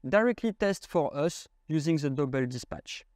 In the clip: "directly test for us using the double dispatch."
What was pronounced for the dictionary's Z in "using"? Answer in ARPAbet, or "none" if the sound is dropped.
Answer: Z